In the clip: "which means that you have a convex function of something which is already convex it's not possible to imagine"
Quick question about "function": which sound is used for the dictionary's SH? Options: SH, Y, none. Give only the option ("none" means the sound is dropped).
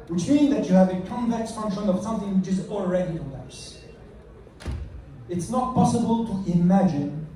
SH